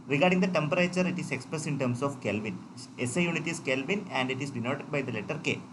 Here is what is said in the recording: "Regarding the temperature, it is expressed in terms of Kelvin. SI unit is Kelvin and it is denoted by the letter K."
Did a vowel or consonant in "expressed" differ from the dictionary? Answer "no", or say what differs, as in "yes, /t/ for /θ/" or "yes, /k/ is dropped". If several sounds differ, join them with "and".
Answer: yes, /t/ is dropped